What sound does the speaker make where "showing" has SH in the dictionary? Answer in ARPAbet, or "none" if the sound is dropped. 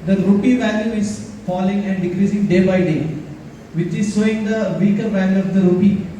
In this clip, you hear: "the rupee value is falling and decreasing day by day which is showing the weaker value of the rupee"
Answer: S